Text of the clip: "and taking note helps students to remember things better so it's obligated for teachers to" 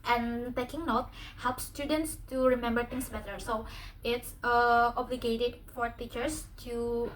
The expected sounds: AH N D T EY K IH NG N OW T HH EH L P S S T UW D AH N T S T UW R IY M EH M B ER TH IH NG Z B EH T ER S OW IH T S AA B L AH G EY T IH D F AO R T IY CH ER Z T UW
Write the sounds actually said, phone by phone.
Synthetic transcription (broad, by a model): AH N T EY K IH NG N OW T HH EH L P S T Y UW D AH N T S T UW R IY M EH M B ER T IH NG S B EH T ER S OW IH T S AA B L AH G EY T IH D F AO R T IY CH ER S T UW